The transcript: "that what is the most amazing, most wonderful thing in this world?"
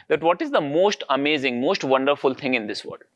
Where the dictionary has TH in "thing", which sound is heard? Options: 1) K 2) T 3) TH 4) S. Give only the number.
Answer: 2